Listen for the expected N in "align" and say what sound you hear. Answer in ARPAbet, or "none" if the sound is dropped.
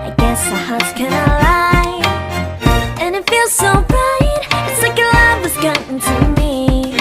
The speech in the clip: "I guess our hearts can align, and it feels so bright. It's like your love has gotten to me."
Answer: none